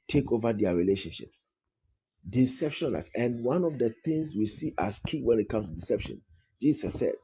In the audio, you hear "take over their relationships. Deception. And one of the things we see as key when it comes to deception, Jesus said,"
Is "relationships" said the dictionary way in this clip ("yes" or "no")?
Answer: yes